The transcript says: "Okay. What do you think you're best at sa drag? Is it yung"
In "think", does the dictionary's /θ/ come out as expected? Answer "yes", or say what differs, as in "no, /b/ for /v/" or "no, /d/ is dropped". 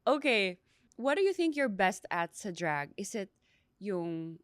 yes